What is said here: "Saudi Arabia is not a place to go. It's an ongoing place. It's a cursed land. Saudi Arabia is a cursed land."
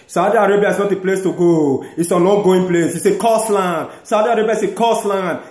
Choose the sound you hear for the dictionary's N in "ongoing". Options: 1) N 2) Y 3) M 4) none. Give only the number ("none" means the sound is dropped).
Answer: 4